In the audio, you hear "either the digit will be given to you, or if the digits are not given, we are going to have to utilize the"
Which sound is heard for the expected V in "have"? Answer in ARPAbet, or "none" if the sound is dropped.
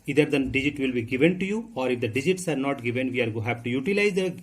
P